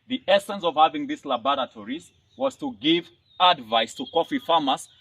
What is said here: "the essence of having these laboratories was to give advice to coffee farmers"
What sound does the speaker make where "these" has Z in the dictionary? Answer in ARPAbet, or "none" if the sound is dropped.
S